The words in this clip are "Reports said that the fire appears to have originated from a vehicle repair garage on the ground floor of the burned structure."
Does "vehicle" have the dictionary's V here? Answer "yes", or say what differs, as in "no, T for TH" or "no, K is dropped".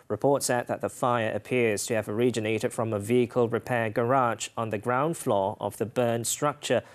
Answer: yes